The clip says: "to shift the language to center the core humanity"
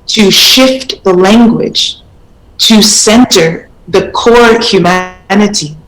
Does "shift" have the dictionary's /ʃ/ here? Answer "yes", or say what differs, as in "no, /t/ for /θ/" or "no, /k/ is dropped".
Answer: yes